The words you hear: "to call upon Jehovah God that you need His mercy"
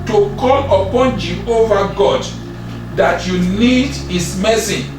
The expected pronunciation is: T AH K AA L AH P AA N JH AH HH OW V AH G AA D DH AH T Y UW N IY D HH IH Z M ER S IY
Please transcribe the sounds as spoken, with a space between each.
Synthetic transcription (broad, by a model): T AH K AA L AH P AA N JH AH HH OW V AH G AA D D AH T Y UW N IY D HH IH S M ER S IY